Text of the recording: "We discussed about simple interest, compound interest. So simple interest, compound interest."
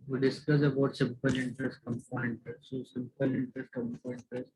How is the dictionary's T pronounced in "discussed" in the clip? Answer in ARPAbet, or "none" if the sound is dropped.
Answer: none